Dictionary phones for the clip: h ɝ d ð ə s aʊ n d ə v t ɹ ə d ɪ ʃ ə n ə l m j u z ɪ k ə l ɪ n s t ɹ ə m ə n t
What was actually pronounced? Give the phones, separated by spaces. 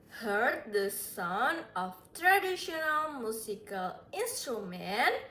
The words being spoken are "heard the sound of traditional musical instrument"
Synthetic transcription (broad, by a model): h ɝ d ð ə s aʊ n ə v t ɹ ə d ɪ ʃ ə n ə l m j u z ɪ k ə l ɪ n s t ɹ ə m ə n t